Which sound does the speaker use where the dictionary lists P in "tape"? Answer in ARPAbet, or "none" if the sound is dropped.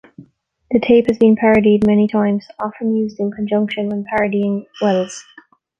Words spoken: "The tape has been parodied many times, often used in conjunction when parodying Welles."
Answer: P